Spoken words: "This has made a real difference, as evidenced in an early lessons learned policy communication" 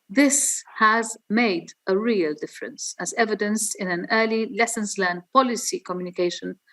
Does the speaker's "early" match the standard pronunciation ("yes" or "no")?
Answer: yes